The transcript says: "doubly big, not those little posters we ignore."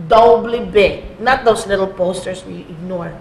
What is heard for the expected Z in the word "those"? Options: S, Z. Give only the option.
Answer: S